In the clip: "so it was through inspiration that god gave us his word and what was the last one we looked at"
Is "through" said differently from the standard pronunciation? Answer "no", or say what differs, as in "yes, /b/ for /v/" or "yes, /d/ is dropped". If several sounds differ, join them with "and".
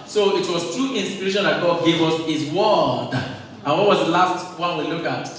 yes, /t/ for /θ/